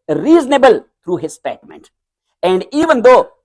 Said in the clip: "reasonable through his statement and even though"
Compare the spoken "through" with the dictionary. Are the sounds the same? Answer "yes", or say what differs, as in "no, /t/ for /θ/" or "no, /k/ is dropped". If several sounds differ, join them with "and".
no, /t/ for /θ/